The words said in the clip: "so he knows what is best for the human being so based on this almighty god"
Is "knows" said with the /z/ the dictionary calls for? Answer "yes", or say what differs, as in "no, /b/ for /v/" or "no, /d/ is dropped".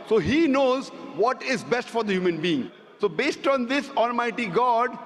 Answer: yes